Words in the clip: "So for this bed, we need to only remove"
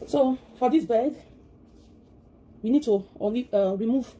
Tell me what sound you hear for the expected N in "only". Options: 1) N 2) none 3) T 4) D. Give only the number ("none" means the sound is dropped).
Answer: 2